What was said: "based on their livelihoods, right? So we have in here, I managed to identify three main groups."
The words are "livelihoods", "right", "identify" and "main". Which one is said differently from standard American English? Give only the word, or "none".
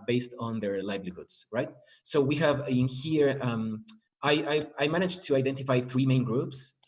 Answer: livelihoods